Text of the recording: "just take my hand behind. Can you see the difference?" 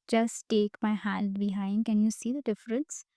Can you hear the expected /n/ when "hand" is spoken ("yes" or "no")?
no